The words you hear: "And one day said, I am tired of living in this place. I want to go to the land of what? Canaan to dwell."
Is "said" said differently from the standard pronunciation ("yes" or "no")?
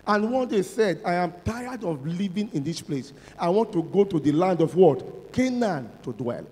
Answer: no